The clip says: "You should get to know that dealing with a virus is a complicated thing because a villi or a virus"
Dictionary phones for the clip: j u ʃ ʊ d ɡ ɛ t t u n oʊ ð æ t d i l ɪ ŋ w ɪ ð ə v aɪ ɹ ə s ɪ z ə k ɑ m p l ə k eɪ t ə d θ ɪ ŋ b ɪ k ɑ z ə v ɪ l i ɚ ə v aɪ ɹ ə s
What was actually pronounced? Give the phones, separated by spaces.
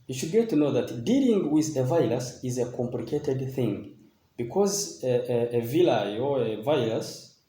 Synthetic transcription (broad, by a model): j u ʃ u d ɡ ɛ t t u n oʊ ð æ t d i l ɪ ŋ w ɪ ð ə v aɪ l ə s ɪ z ə k ɑ m p l ə k eɪ t ə d θ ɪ ŋ b ɪ k ɑ z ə v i l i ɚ ə v aɪ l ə s